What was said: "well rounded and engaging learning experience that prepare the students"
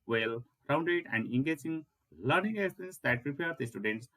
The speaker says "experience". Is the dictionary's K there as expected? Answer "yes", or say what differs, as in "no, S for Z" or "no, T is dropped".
no, K is dropped